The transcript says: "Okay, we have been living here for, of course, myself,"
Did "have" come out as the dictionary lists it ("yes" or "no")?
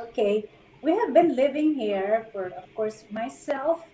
yes